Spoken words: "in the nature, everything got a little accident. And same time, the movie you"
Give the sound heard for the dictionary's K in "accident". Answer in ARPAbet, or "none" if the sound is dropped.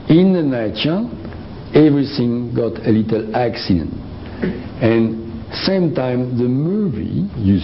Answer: K